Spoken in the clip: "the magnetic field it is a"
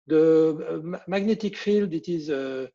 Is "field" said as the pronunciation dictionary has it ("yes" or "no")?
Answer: yes